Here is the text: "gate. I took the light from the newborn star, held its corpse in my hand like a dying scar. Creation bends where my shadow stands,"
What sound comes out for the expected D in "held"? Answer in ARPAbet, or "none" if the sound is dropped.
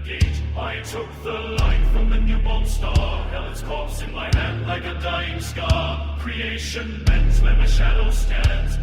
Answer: none